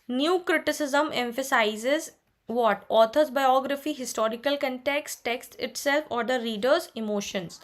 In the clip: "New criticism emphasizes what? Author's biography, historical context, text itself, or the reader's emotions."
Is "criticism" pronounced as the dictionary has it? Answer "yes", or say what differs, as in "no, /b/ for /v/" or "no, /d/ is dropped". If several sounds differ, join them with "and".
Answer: yes